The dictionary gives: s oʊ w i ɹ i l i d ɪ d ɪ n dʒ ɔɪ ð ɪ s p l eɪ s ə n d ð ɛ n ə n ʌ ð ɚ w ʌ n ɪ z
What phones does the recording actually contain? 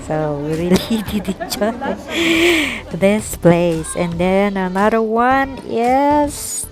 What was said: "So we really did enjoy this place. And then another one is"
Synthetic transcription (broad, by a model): s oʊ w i ɹ i l i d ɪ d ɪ dʒ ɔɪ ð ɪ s p l eɪ s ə n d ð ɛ n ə n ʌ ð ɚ w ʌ n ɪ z